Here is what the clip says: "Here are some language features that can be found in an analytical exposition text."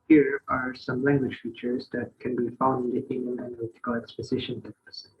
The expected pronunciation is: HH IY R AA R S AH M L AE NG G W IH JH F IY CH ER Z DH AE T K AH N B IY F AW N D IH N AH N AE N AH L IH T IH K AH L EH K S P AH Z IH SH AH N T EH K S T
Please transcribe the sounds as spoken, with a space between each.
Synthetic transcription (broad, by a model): HH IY R AA R S AH M L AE NG G W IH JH F IY CH ER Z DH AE T K AH N B IY F AW N D IH N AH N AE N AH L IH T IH K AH L EH K S P AH Z IH SH AH N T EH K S